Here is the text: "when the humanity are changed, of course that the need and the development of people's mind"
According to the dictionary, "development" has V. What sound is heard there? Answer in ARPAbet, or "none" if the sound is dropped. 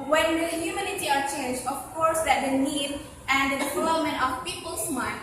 F